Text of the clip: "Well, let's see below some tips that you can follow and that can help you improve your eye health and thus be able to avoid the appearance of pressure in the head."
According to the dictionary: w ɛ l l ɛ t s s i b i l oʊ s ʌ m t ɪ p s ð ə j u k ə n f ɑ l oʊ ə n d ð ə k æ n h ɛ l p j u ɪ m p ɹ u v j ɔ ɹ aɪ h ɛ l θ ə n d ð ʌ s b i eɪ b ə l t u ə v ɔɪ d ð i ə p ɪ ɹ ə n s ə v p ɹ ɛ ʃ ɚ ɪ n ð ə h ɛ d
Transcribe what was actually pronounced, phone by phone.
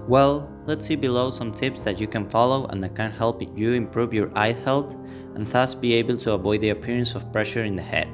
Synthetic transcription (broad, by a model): w ɛ l l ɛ t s s i b i l oʊ s ʌ m t ɪ p s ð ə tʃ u k ə n f ɑ l oʊ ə n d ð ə k æ n h ɛ l p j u ɪ m p ɹ u v j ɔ ɹ aɪ h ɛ l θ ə n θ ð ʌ s b i eɪ b ə l t u ə v ɔɪ d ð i ə p ɪ ɹ ə n s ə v p ɹ ɛ ʃ ɚ ɪ n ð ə h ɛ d